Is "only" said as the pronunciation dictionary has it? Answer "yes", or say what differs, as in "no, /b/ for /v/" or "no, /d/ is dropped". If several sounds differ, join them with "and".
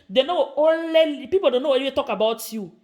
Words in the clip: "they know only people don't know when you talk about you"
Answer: no, /l/ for /n/